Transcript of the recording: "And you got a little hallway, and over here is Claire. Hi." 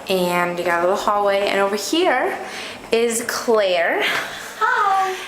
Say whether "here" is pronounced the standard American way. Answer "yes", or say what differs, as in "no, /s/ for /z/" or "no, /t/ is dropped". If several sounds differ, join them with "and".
yes